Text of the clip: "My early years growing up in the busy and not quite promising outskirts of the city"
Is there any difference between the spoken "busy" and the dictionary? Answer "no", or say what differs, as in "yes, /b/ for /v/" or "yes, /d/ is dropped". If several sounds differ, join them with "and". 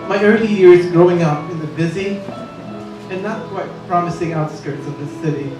no